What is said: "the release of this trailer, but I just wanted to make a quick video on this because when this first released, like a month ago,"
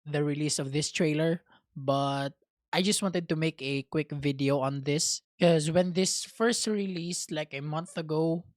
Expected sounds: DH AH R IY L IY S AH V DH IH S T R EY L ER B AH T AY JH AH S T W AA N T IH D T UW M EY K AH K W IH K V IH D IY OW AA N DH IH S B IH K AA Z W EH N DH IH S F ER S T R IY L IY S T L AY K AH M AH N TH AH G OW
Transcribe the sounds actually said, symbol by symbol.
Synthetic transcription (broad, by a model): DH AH R IY L IY S AH V DH IH S T R EY L ER B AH T AY JH AH S T W AA N T IH D T UW M EY K AH K W IH K V IH D IY OW AA N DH IH S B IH K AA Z W EH N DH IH S F ER S T R IY L IY S T L AY K AH M AH N TH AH G OW